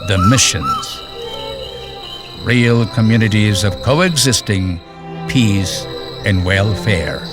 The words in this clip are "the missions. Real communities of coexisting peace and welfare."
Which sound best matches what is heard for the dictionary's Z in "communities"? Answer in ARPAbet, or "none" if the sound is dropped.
Z